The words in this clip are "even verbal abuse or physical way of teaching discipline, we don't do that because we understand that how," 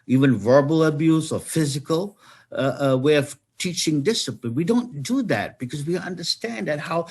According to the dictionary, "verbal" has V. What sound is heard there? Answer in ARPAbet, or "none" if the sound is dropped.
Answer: V